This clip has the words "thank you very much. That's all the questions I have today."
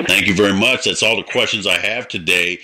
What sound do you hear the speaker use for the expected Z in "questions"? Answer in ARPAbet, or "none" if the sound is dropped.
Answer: Z